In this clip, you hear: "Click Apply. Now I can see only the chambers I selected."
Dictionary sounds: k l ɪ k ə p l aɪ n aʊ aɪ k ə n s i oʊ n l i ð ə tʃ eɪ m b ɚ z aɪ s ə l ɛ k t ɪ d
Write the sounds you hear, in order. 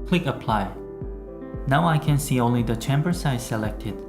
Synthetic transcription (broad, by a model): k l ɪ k ə p l aɪ n aʊ aɪ k ə n s i oʊ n l i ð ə tʃ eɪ m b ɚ s aɪ s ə l ɛ k t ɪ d